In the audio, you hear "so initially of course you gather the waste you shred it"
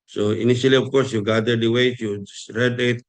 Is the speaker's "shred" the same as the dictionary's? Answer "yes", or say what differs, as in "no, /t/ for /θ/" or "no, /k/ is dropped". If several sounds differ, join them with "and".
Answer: no, /s/ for /ʃ/